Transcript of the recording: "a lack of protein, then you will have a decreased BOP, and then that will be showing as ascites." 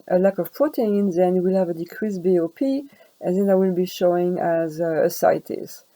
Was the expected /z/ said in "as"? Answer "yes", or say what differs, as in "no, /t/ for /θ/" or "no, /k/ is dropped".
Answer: yes